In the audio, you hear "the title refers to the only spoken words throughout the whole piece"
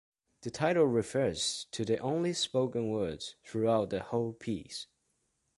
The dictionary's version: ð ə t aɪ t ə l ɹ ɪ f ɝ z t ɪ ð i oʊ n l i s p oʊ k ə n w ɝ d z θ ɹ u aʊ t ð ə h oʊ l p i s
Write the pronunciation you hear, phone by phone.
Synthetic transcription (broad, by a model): ð ə t aɪ t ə l ɹ ɪ f ɝ z t ɪ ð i oʊ n l i s p oʊ k ə n w ɝ d z θ ɹ u aʊ t ð ə h oʊ l p i s